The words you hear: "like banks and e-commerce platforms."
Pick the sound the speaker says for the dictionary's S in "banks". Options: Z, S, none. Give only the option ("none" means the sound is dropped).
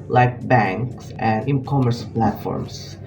S